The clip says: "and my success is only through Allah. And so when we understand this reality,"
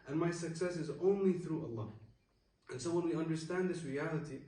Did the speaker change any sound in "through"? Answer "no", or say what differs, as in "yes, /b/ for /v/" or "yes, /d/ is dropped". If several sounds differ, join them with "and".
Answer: no